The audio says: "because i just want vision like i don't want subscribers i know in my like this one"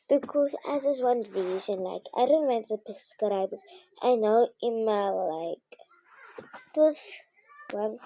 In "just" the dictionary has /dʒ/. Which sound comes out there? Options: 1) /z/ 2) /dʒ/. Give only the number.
1